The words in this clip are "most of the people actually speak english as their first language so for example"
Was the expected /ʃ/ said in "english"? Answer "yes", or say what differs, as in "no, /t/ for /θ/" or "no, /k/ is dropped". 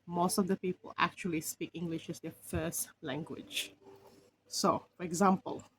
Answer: yes